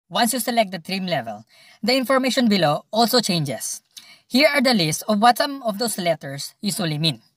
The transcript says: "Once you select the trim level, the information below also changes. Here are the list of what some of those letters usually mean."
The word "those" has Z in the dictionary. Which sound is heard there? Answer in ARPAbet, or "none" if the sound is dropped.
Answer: S